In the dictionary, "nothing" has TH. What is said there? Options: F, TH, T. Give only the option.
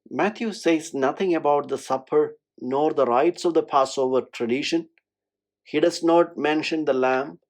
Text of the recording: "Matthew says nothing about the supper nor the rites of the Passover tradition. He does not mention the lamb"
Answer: T